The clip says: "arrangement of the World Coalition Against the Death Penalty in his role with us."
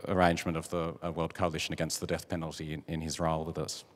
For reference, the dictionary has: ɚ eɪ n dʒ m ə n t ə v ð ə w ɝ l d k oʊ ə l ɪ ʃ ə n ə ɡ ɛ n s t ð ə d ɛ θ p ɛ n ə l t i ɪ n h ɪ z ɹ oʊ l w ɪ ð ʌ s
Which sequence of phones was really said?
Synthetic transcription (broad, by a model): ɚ eɪ n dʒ m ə n t ə v ð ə w ɝ l d k oʊ ə l ɪ ʃ ə n ə ɡ ɛ n s t ð ə d ɛ θ p ɛ n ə l t i ɪ n ɪ z ɹ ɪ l w ɪ ð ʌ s